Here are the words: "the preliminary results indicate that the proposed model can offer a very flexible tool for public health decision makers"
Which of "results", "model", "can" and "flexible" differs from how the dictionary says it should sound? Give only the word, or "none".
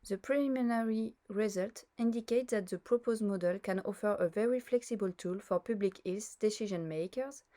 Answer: results